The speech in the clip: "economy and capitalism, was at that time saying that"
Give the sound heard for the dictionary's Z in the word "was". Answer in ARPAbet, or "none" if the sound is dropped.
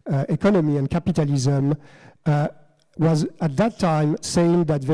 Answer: Z